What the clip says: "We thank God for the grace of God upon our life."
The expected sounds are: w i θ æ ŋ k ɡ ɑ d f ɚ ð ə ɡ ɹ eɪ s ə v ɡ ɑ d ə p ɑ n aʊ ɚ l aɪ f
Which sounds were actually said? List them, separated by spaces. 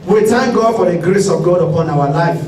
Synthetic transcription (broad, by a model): w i t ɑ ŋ ɡ ɑ d f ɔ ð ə ɡ ɹ eɪ s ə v ɡ ɑ d ə p ɑ n aʊ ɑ l aɪ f